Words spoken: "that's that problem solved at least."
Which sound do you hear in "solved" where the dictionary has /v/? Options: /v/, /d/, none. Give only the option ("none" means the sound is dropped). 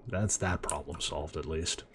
/v/